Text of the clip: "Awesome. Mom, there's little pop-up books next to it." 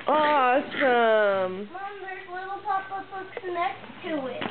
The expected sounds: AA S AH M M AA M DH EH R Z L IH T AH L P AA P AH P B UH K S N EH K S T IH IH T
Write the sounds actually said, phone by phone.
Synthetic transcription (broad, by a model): AA S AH M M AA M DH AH R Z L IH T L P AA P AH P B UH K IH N EH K T IH IH T